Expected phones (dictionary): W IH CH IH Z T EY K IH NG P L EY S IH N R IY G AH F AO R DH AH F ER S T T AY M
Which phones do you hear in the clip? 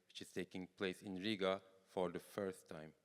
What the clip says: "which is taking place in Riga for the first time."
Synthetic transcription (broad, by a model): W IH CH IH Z T EY K IH NG P L EY S IH N R IY G AH F AO R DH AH F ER S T T AY M